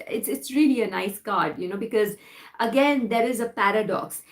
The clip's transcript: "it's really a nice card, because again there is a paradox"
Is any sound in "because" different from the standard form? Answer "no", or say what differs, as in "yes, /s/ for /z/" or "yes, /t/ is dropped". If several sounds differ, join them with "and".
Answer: no